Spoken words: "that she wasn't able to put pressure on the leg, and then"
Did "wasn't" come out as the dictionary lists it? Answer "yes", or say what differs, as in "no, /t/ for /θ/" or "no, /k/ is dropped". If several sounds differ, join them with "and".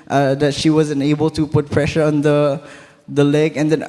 no, /t/ is dropped